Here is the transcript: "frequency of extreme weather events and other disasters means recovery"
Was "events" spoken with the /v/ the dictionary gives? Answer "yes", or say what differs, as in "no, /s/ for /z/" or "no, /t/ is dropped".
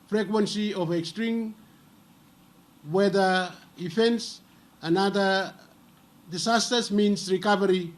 no, /f/ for /v/